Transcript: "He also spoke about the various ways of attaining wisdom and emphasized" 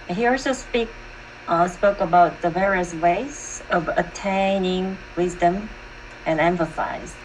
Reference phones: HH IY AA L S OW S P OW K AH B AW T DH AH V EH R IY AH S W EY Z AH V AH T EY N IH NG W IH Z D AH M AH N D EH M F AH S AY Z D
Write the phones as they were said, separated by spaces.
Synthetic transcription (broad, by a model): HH IY AA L S OW S P OW K AH B AW T DH AH V EH R IY AH S W EY Z AH V AH T EY N IH NG W IH Z D AH M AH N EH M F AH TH AY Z